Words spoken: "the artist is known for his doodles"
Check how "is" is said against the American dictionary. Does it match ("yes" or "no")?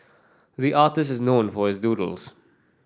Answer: yes